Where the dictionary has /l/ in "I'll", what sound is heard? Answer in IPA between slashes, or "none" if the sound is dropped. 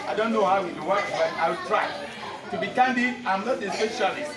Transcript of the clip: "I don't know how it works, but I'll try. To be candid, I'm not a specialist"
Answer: /w/